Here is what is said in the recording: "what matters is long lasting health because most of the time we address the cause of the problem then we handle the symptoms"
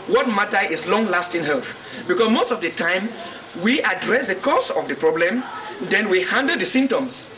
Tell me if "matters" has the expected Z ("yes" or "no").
no